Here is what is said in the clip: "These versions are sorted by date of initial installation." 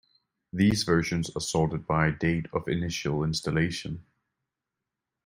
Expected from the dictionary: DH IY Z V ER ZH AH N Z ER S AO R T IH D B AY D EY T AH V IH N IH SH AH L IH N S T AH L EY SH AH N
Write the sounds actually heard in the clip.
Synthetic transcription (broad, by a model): DH IY Z V ER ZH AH N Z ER S AO L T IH D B AY D EY T AH V IH N IH SH AH L IH N S T AH L EY SH AH N